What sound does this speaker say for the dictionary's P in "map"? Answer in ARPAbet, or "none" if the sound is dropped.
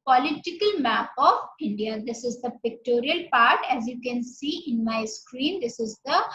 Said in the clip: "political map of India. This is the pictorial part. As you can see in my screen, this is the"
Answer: P